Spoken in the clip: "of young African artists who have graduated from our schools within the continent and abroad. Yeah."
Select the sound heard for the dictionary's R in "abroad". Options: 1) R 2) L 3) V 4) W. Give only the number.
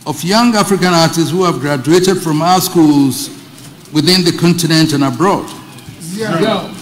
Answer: 1